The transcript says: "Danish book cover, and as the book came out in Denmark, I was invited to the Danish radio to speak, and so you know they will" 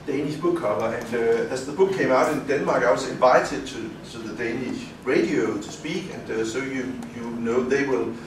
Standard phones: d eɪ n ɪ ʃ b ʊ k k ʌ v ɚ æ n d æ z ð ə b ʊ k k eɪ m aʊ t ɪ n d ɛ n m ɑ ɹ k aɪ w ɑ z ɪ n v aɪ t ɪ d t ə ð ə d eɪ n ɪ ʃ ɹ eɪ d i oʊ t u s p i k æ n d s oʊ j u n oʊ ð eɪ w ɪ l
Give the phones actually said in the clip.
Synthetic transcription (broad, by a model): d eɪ n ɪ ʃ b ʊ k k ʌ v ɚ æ n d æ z ð ə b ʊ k k eɪ m aʊ t ɪ n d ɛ n m ɑ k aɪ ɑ s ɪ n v aɪ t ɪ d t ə ð ə d eɪ n ɪ ʃ ɹ eɪ d i oʊ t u s p i k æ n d s oʊ j u n oʊ ð eɪ w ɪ l